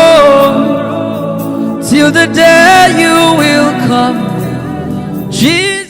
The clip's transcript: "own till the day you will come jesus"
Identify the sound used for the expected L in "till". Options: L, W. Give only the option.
L